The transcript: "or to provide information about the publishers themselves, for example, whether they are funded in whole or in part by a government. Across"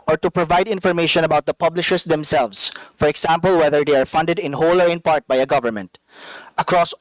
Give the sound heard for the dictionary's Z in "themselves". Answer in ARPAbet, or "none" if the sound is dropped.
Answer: S